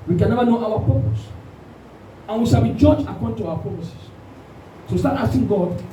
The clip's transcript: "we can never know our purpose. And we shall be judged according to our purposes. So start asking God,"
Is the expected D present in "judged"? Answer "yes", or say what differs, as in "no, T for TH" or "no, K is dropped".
no, D is dropped